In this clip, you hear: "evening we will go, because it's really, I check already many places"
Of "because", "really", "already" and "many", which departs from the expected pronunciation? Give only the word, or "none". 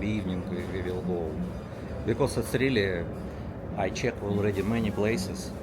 because